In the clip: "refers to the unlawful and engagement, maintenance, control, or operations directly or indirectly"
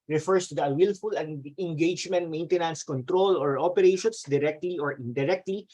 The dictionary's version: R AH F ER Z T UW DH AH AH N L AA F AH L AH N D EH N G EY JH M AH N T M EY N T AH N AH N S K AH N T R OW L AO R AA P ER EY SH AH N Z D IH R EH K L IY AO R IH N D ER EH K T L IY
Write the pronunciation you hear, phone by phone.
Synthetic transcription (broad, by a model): R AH F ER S T UW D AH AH L F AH L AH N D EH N G EY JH M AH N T M EY N T AH N AH N S K AH N T R OW L AO R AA P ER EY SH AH N S D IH R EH K L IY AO R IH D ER EH K T L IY